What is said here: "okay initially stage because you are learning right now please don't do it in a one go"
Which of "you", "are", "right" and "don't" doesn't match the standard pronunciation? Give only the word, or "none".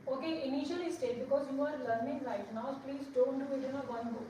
right